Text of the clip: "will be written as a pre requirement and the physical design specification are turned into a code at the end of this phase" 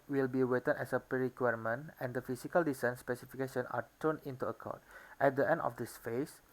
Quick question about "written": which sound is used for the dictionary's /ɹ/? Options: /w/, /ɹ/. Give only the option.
/w/